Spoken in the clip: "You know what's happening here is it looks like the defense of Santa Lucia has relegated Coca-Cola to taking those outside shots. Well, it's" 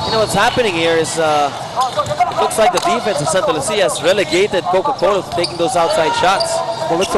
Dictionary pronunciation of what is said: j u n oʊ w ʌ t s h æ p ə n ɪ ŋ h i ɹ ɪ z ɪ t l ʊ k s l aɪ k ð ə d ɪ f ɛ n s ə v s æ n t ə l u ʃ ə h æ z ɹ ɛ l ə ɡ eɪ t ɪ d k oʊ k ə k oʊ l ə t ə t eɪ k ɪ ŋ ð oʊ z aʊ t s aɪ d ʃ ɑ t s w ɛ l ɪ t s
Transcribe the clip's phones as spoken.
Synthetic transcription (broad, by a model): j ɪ n oʊ w ʌ t s h æ p ə n ɪ ŋ h i ɹ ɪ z ɪ t l ʊ k s l aɪ k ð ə d ɪ f ɛ n s ə v s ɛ n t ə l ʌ s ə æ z ɹ ɛ l ə ɡ eɪ t ɪ d k oʊ k ə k oʊ ə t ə t eɪ k ɪ ŋ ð oʊ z aʊ t s aɪ d ʃ ɑ t s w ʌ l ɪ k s